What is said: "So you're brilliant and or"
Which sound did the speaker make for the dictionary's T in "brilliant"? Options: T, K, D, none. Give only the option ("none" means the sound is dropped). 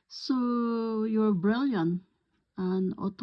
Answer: none